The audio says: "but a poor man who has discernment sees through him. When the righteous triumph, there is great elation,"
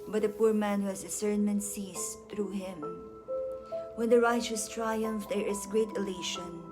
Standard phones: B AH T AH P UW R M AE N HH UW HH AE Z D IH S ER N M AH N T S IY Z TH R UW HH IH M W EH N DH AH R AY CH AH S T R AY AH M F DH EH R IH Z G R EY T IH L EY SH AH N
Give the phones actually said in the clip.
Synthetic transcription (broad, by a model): B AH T AH P UW R M AE N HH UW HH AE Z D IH S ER N M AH N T S IY S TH R UW HH IH M W EH N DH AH R AY CH AH S T R AY AH M F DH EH R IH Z G R EY T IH L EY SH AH N